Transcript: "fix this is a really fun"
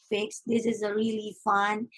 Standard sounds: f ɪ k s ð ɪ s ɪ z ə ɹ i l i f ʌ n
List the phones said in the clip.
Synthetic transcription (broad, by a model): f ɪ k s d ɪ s ɪ z ə ɹ i l i f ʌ n